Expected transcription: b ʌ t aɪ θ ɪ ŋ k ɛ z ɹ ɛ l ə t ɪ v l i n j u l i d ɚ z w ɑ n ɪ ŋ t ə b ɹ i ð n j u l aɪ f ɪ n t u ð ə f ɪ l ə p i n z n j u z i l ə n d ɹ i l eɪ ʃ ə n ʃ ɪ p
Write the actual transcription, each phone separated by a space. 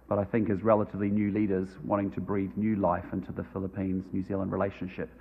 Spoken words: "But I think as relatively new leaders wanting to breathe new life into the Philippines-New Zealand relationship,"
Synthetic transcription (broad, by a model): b ʌ t aɪ θ ɪ ŋ k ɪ z ɹ ɛ l ə t ɪ v l i n j u l i d ɚ z w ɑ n ɪ ŋ t ə b ɹ i ð n j u l aɪ f ɪ n t u ð ə f ɪ l ə p i n z n j u z i l ə n d ɹ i l eɪ ʃ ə n ʃ ɪ p